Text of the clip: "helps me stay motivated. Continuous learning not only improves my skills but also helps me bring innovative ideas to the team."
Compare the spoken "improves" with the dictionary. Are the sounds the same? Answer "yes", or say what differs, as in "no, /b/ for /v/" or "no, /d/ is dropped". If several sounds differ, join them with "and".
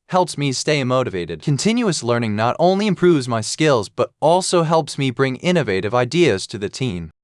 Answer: yes